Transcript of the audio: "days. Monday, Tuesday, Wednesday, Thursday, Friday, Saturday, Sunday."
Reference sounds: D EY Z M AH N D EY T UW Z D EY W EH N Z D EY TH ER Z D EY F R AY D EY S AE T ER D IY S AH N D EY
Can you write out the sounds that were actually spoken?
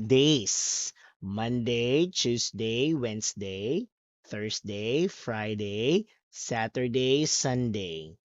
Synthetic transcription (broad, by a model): D EY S M AH N D EY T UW S D EY W EH N S D EY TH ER S D EY F R AY D EY S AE T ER D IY S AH N D EY